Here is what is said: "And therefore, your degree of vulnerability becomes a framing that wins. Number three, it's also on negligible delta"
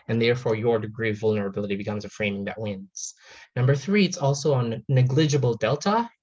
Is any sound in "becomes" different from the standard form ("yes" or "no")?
no